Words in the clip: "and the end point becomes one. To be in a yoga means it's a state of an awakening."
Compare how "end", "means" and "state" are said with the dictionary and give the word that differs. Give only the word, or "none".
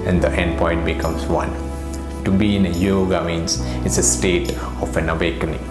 means